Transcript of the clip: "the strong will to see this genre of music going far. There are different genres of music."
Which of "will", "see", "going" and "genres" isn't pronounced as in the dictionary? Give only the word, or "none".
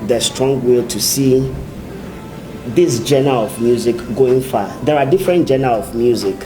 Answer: genres